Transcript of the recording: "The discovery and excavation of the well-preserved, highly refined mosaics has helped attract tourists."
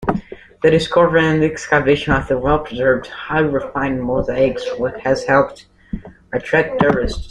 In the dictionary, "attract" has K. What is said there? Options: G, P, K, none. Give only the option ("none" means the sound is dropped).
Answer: none